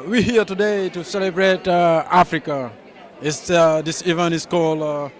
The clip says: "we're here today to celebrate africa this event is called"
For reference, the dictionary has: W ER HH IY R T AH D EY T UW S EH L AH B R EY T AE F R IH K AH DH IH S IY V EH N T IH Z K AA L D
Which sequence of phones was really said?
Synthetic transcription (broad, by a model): W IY HH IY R T AH D EY T UW S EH L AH B R EY T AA F R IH K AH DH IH S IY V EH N IH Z K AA L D